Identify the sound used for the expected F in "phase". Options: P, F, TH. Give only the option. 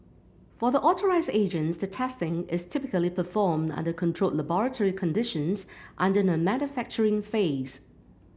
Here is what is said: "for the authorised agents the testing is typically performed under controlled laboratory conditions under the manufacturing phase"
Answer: F